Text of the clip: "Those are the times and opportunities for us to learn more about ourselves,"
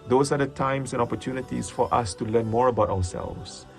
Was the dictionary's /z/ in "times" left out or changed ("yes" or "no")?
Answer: yes